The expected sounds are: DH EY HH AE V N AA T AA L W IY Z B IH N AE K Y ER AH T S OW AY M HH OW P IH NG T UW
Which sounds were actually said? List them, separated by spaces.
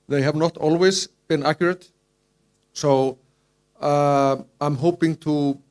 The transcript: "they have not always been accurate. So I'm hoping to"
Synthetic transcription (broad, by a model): DH EY HH AE V N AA T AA L W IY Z B IH N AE K Y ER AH T S OW AY M HH OW P IH NG T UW